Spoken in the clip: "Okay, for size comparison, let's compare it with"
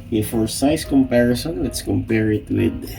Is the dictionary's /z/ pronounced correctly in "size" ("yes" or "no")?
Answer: no